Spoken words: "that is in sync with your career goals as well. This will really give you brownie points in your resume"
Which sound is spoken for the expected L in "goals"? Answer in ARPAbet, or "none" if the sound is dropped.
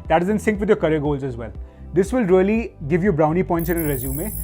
L